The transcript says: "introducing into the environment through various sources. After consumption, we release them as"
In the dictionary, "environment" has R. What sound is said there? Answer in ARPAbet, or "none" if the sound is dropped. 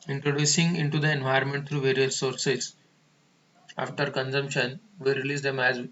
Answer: none